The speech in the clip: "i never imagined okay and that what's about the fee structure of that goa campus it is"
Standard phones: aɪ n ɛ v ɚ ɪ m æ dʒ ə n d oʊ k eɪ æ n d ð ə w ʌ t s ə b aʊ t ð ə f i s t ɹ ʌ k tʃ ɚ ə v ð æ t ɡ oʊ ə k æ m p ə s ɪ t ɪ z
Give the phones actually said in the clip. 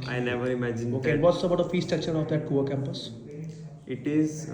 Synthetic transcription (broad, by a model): aɪ n ɛ v ɚ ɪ m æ dʒ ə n oʊ k eɪ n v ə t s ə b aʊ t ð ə f i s t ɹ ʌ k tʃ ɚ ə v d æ t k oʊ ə k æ m p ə s ɪ t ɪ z